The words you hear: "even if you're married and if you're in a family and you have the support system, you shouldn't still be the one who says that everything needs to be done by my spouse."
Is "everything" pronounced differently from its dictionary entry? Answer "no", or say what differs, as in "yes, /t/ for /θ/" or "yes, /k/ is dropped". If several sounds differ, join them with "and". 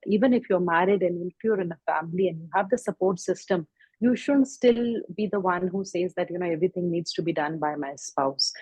yes, /t/ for /θ/